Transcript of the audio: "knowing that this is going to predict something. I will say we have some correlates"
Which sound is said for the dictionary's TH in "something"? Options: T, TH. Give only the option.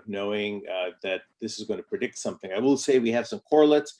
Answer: TH